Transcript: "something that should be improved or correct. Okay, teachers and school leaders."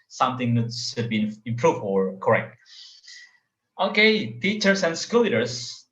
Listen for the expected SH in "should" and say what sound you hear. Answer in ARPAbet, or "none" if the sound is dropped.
S